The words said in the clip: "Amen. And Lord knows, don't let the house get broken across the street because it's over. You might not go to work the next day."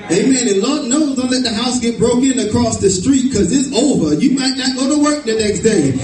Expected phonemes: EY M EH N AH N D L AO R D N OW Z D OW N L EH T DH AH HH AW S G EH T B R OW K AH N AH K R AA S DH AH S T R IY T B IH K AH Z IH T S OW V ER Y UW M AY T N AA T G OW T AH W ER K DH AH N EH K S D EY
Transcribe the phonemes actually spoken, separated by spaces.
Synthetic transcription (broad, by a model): EY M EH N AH L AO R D N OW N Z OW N L EH T DH AH HH AW S G EH T B R OW K AH N AH K R AA S DH AH S T R IY T K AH Z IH T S OW V ER Y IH M AY T N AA T G OW T AH W ER K DH AH N EH K S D EY